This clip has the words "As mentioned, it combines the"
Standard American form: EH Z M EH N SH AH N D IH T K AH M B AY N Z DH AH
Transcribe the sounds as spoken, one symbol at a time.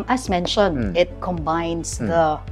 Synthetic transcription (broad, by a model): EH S M EH N SH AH N IH T K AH M B AY N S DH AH